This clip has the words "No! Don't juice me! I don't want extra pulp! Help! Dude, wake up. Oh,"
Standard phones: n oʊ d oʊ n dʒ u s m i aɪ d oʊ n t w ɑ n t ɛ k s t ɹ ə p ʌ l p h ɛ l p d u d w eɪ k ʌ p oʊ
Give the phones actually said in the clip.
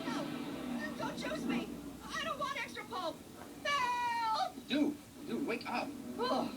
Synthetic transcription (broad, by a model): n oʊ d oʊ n tʃ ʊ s m i aɪ d oʊ n t w ɑ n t ɛ k s t ɹ ə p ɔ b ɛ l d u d w eɪ k ʌ p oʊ